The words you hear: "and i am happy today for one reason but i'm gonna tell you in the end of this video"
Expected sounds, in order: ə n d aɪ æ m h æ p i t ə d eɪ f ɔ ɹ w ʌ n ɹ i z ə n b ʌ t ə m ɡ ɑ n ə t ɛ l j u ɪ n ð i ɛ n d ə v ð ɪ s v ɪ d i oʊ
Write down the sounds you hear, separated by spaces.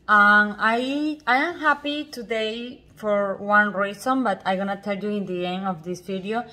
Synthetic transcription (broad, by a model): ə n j aɪ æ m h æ p i t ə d eɪ f ɔ ɹ w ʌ n ɹ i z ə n b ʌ t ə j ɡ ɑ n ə t ɛ l j u ɪ n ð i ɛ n ə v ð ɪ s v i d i oʊ